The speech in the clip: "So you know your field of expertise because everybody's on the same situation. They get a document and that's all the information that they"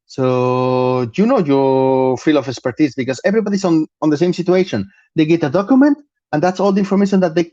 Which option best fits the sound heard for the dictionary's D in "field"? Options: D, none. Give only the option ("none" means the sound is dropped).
none